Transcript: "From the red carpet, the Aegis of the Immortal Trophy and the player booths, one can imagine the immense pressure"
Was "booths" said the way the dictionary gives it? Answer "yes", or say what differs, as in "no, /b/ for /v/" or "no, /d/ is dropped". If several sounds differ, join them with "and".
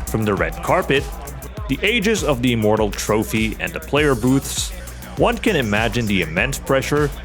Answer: yes